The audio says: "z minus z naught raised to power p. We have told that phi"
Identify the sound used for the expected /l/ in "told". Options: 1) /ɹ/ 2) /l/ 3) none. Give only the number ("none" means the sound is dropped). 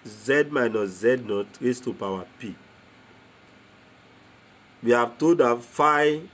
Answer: 3